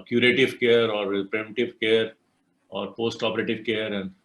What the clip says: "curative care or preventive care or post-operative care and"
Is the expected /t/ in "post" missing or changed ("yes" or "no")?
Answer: no